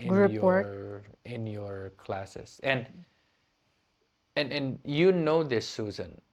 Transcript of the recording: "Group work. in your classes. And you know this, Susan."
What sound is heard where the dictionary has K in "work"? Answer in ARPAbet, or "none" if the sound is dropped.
none